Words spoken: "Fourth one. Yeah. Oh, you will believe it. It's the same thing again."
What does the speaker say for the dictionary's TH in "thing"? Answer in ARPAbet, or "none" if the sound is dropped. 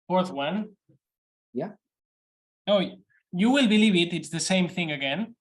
TH